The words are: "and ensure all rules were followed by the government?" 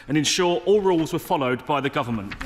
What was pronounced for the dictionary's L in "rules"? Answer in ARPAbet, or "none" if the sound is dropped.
L